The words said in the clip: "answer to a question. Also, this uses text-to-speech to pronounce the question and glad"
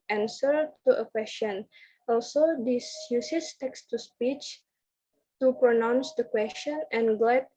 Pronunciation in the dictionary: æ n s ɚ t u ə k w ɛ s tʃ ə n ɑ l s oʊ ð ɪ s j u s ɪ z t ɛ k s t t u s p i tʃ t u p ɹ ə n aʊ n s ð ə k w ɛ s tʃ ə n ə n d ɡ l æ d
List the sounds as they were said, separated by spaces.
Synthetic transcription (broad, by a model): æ n s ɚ t u ə k w ɛ s tʃ ə n ɑ l s oʊ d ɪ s j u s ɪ s t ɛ k s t t u s p i tʃ t u p ɹ ə n aʊ n s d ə k w ɛ s tʃ ə n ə n ɡ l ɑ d